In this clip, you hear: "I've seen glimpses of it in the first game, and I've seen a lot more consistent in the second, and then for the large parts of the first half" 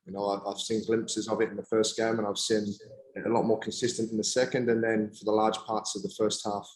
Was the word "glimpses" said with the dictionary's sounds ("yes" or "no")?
yes